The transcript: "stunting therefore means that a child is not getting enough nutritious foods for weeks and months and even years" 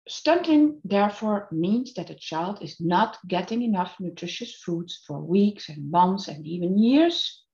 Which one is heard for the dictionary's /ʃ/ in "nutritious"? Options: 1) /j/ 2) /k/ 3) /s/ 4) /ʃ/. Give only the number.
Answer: 4